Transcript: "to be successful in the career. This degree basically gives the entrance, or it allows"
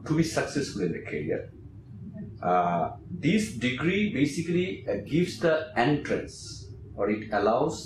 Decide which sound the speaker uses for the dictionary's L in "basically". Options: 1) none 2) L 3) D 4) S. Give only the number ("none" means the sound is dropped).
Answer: 2